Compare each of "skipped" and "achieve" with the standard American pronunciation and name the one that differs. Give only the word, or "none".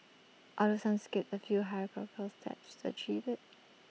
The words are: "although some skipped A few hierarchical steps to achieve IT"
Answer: skipped